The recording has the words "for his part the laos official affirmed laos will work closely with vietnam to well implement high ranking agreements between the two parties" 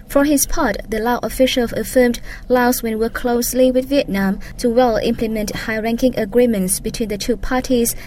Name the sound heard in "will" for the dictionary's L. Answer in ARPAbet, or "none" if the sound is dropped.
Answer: N